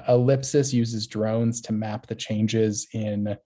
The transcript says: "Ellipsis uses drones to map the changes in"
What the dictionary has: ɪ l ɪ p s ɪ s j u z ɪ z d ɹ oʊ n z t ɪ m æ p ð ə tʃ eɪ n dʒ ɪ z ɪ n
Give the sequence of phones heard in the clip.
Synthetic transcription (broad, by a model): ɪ l ɪ p s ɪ s j u z ɪ z d ɹ oʊ n z t ɪ m æ p ð ə tʃ eɪ n dʒ ɪ z ɪ n